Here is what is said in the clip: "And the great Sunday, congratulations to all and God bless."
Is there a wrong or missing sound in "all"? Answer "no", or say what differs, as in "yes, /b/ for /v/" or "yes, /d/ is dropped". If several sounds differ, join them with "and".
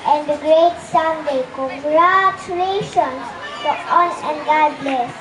yes, /n/ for /l/